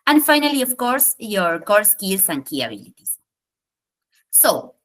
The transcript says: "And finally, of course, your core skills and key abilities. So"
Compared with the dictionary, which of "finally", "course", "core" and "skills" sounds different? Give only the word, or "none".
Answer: skills